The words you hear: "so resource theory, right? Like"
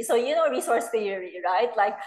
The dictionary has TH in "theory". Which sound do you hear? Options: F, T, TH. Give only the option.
F